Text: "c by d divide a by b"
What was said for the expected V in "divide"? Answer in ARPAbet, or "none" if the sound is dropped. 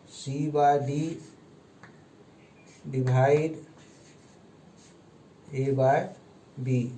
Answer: B